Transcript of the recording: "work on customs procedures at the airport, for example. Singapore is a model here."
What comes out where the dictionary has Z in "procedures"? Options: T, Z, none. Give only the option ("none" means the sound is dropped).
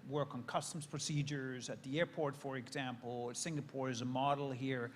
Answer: Z